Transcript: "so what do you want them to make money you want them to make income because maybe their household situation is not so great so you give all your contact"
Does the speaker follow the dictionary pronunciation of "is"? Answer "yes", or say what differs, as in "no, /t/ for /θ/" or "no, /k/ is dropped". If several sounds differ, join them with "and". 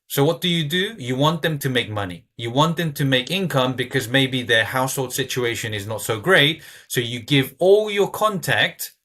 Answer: yes